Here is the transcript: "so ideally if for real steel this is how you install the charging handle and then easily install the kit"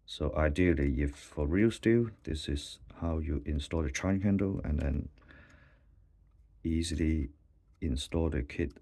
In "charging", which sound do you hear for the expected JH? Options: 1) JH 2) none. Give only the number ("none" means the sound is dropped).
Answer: 2